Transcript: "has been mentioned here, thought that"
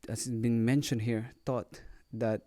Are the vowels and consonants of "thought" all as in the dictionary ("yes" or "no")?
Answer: no